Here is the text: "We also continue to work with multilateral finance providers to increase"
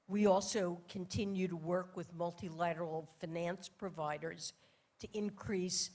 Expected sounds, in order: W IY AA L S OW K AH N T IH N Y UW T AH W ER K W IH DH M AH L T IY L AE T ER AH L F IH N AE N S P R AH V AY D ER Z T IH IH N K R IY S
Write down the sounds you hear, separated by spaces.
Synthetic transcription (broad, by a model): W IY AA L S OW K AH N T IH N Y UW T AH W ER K W IH DH M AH L T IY L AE T ER L F IH N AE N S P R AH V AY D ER Z T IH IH N K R IY S